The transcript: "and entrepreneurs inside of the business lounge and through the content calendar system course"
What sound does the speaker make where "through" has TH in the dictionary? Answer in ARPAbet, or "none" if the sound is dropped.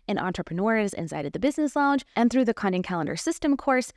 TH